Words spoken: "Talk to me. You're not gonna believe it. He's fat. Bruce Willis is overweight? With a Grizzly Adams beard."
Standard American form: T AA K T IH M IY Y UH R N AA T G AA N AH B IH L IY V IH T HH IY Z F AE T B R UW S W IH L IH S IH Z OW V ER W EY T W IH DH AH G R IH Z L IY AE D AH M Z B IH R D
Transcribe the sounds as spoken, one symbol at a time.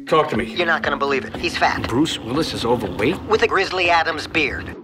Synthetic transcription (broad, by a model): T AA K T IH M IY Y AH R N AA T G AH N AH B IH L IY V IH T HH IY Z F AE T B R UW S W IH L IH S IH Z OW V ER W EY T W IH DH AH G R IH Z L IY AE D AH M Z B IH R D